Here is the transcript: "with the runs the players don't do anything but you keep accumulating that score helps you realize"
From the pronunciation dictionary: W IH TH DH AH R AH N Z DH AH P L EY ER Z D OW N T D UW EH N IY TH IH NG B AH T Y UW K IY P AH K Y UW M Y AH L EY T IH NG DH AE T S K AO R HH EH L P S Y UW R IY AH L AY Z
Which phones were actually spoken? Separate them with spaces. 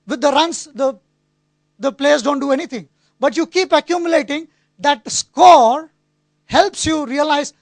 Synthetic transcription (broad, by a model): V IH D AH R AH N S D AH P L EY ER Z D OW N T D UW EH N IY T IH NG B AH T Y UW K IY P AH K Y UW M Y AH L EY T IH NG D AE T S K AO R HH EH L P S Y UW R IY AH L AY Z